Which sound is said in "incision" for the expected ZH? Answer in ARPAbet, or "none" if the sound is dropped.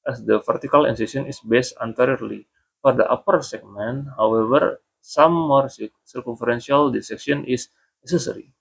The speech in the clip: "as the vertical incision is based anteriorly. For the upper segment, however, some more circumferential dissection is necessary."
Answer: S